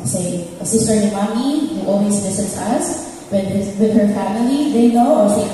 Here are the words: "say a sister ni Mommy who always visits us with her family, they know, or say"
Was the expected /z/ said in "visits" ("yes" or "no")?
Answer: no